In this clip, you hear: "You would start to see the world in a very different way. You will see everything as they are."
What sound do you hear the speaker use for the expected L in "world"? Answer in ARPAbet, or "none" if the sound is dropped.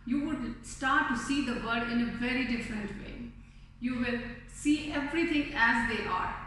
none